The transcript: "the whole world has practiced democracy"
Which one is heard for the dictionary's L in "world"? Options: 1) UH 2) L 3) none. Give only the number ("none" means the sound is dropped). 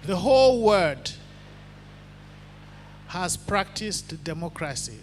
3